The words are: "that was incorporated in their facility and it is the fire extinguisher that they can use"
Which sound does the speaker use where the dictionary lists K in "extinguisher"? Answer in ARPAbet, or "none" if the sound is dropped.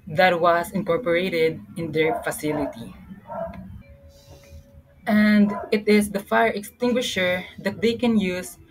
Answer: K